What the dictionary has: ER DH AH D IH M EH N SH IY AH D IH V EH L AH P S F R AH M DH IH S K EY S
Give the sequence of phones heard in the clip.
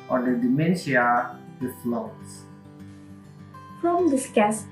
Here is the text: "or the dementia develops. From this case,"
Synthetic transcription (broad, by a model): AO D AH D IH M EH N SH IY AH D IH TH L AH S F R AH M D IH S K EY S